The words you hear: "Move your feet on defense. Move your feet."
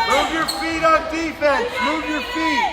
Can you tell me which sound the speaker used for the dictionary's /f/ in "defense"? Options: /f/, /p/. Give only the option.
/p/